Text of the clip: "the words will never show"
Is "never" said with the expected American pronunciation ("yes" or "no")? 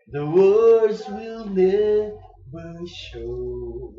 no